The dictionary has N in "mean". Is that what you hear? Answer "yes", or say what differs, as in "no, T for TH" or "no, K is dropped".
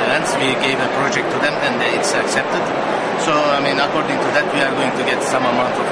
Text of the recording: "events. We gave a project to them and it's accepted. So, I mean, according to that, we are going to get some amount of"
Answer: yes